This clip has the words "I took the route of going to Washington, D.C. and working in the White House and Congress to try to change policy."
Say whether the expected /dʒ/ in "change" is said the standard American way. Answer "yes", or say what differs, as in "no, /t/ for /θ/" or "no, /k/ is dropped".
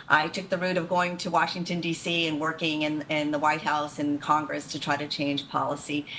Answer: no, /ʒ/ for /dʒ/